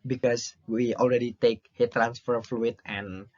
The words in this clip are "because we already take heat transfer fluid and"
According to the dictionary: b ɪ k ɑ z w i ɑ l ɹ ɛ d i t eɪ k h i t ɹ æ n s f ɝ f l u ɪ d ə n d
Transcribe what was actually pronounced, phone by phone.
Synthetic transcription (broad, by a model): b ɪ k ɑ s w i ɑ l ɹ ɛ d i t eɪ k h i t ɹ æ n s f ɝ f l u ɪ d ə n